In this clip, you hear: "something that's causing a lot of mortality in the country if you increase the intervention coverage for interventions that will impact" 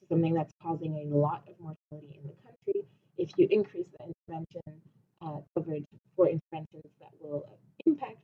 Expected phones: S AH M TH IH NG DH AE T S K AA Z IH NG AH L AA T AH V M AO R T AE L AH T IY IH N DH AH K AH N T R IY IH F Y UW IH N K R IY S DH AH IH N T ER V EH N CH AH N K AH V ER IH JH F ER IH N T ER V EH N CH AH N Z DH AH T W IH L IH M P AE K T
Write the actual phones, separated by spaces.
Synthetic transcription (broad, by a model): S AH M TH IH NG DH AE T S K AA Z IH NG AH L AA T AH V M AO R T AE L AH T IY IH N DH AH K AH N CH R IY IH F Y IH IH N K R IY S DH AH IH N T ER V EH N SH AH N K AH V ER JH F ER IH N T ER V EH N SH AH N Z DH AH T W IH L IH M P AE K T